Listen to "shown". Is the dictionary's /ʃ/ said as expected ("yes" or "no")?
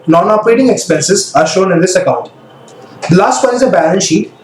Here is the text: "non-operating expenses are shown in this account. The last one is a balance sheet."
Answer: yes